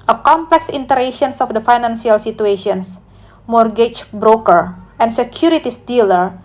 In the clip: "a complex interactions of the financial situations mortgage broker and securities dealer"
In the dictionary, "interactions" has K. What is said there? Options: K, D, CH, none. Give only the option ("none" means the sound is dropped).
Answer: none